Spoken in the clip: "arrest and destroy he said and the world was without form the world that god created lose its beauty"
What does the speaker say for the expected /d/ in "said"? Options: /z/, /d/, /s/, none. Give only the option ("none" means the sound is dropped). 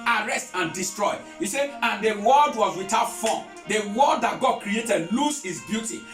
none